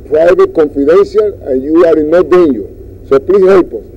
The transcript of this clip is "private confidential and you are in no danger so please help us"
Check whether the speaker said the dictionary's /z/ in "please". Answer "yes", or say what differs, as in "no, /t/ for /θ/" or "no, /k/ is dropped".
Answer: no, /s/ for /z/